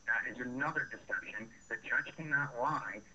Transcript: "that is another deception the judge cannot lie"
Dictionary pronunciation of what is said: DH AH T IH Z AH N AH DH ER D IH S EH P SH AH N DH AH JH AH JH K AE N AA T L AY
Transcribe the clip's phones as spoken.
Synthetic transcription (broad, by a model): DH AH T IH Z AH N AH DH ER D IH S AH SH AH N DH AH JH AH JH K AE N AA T L AY